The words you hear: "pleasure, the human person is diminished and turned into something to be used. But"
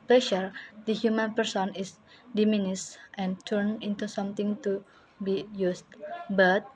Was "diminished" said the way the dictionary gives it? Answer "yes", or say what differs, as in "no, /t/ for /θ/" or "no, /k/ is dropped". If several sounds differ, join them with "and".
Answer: no, /s/ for /ʃ/